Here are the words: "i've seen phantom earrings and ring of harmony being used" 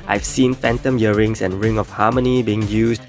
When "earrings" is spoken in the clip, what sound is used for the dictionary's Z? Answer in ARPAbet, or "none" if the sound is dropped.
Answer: S